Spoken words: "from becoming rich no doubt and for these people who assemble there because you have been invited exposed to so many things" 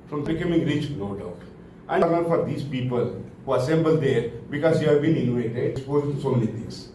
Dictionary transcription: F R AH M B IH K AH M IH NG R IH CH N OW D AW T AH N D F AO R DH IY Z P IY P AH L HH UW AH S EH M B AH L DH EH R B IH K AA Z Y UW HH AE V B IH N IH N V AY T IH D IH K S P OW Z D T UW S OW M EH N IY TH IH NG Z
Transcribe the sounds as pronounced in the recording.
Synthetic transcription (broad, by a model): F R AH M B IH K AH M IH NG R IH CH N OW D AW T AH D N F AO R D IY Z P IY P AH L HH UW AH S EH M B AH L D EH R B IH K AA Z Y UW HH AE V B IH N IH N UW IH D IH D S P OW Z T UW S OW M EH N IY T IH NG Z